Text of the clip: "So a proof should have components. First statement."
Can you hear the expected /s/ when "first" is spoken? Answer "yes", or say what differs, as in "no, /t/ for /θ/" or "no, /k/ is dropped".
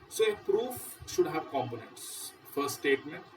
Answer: no, /s/ is dropped